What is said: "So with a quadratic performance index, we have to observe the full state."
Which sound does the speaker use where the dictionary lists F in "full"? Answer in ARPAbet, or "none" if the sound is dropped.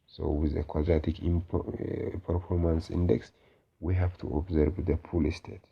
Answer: P